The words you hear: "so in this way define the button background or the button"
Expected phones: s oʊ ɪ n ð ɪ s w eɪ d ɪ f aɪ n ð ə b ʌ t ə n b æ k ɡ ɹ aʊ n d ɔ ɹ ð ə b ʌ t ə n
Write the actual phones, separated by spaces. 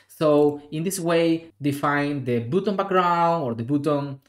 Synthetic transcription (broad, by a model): s oʊ ɪ n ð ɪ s w eɪ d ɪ f aɪ n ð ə b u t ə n b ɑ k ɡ ɹ aʊ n ɔ ɹ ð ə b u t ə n